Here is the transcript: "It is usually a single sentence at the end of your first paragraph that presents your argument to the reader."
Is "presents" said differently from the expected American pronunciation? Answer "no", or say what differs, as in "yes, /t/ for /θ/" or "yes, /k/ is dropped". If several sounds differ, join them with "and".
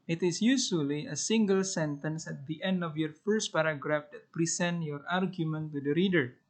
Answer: yes, /s/ is dropped